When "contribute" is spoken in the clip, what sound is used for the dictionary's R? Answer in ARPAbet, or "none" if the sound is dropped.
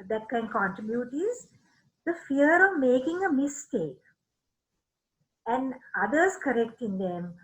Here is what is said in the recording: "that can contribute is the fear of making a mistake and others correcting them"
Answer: none